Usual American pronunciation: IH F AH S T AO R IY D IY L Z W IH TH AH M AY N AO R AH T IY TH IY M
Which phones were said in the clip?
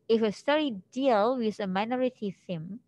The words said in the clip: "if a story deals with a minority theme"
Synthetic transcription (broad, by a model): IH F AH S T AO R IY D IY L W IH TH AH M AY N AO R AH T IY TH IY M